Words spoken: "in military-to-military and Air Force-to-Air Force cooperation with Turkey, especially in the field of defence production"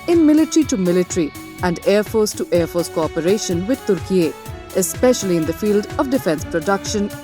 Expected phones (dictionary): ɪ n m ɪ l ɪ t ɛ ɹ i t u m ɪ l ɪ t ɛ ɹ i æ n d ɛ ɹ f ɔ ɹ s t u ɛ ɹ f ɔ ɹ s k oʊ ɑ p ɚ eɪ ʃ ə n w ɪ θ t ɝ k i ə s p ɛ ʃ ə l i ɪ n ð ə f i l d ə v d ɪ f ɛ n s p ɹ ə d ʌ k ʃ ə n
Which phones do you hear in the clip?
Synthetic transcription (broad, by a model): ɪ n m ɪ l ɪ t ɹ i t u m ɪ l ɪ t ɹ i æ n d ɛ ɹ f ɔ ɹ s t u ɛ ɹ f ɔ ɹ s k oʊ ɑ p ɚ eɪ ʃ ə n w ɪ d t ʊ k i ə s p ɛ ʃ ə l i ɪ n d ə f i l d ə v d ɪ f ɛ n s p ɹ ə d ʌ k ʃ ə n